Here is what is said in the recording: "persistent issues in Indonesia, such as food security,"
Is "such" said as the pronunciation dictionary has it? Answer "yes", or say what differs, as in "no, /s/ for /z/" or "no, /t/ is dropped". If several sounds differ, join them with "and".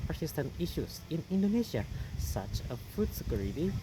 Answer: yes